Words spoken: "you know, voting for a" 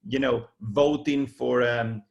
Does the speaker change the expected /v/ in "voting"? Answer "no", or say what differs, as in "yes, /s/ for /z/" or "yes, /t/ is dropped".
no